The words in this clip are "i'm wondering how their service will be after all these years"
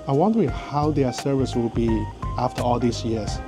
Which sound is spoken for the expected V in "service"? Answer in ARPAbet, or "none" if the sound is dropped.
V